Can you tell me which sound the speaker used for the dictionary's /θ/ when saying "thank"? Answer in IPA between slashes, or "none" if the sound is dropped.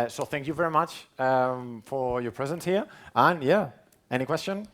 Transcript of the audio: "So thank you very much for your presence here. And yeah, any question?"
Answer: /θ/